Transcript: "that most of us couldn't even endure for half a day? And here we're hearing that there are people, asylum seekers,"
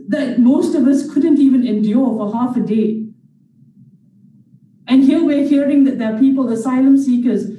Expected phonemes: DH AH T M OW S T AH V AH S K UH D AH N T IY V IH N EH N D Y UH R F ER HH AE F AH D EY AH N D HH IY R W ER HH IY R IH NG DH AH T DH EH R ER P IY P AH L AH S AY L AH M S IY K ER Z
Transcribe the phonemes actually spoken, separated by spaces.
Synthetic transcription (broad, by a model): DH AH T M OW S T AH V AH S K UH D AH N T IY V IH N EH N D Y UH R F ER HH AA F AH D EY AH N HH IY L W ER HH IY R IH NG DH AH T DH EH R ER P IY P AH L AH S AY L AH M S IY K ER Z